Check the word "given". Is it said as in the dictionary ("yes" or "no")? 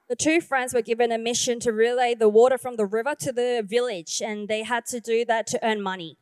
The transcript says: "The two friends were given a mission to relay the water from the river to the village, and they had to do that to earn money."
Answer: yes